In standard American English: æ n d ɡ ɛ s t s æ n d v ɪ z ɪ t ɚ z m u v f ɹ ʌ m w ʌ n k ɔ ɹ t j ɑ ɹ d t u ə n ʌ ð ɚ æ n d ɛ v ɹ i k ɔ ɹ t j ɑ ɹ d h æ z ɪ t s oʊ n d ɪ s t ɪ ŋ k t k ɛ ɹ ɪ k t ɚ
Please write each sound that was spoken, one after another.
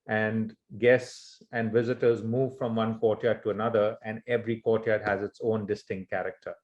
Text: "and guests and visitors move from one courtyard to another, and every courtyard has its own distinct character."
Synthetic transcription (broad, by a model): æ n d ɡ ɛ s t s æ n d v ɪ z ɪ t ɚ z m u v f ɹ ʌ m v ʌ n k ɔ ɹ t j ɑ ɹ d t u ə n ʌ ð ɚ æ n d ɛ v ɹ i k ɔ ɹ t j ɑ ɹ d h æ z ɪ t s oʊ n d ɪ s t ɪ ŋ k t k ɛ ɹ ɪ k t ɚ